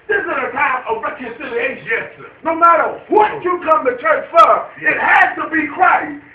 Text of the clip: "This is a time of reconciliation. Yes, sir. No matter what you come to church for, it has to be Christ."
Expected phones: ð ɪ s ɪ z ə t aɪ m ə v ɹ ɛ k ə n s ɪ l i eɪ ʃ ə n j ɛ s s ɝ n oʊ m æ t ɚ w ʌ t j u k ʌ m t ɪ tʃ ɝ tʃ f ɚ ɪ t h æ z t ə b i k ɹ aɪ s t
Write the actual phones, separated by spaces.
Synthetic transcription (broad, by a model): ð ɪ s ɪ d ə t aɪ ə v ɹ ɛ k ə s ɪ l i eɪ ə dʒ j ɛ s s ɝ n oʊ m æ t ɚ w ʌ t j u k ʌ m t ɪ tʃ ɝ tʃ f ɚ ɪ t h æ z t ə b i k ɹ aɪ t